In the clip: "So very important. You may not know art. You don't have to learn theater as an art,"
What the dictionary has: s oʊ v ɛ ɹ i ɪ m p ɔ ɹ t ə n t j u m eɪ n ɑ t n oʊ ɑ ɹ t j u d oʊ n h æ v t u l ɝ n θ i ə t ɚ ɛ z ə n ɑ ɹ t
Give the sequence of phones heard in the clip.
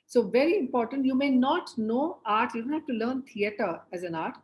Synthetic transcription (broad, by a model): s oʊ v ɛ ɹ i ɪ m p ɔ ɹ t ə n t j u m eɪ n ɑ t n oʊ ɑ ɹ t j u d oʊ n h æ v t u l ɝ n t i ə t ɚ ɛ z ə n ɑ ɹ t